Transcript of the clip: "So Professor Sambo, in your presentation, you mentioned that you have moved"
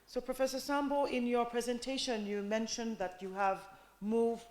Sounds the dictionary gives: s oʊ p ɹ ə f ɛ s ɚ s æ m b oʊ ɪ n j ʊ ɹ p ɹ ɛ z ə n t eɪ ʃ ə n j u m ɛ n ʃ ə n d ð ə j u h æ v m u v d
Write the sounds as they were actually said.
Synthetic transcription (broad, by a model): s oʊ p ɹ ə f ɛ s ɚ s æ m b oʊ ɪ n j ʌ ɹ p ɹ ɛ z ə n t eɪ ʃ ə n j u m ɛ n ʃ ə n ð ə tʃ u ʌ v m u v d